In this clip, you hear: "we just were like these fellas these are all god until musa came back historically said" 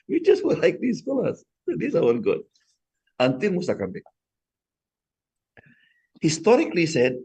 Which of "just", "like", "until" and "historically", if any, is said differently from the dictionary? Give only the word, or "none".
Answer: until